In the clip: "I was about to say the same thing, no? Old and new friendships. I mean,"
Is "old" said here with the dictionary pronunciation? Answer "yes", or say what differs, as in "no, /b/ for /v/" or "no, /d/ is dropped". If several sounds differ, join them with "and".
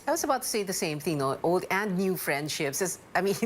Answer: yes